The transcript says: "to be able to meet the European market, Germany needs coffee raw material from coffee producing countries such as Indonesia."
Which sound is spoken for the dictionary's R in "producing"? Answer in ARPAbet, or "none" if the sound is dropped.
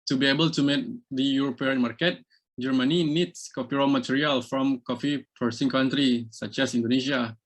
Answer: none